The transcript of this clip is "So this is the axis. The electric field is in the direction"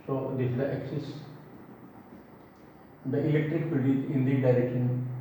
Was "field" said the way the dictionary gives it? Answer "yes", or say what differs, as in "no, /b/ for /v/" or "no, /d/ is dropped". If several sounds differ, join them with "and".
no, /l/ is dropped